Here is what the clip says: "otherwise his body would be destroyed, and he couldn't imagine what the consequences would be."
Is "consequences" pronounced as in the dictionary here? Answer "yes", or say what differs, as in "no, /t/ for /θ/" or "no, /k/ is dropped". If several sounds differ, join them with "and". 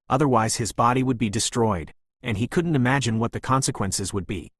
yes